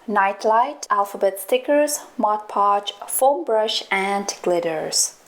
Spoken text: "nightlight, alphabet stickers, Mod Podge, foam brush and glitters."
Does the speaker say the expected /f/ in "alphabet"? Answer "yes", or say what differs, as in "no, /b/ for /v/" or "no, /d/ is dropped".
yes